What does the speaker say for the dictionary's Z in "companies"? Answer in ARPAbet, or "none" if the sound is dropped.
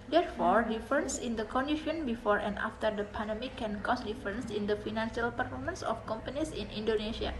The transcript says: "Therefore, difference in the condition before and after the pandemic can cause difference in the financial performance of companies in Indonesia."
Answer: S